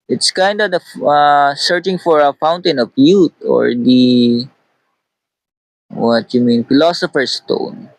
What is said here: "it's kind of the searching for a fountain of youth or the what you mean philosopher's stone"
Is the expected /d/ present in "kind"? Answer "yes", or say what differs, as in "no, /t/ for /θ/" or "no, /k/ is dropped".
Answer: yes